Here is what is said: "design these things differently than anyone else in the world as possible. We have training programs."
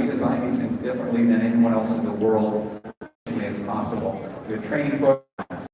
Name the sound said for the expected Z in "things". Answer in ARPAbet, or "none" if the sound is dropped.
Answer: Z